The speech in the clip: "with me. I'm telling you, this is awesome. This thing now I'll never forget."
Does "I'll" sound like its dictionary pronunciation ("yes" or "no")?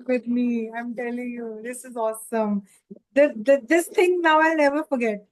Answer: yes